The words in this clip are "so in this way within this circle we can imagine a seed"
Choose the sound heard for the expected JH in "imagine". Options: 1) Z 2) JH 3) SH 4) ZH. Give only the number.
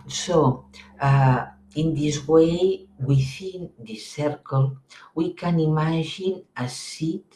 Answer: 4